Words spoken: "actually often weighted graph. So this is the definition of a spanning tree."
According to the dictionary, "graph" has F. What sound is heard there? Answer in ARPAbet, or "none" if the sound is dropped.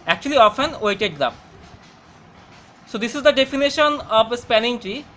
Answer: P